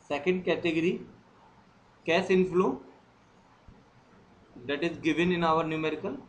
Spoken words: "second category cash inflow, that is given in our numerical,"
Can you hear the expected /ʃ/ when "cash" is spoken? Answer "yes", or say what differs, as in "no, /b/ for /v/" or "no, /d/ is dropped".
no, /s/ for /ʃ/